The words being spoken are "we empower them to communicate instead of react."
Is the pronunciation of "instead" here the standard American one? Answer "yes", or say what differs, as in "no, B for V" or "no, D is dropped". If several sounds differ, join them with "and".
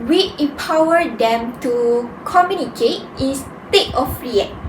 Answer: no, N is dropped